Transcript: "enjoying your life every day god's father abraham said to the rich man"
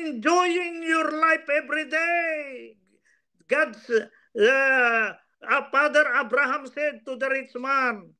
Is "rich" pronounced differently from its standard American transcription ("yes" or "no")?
yes